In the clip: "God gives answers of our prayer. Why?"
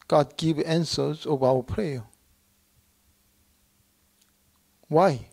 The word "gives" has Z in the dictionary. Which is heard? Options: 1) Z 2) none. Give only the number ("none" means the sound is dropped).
2